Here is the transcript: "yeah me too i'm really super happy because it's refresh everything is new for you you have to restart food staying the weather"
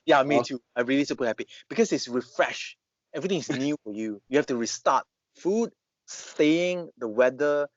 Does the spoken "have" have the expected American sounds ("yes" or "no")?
no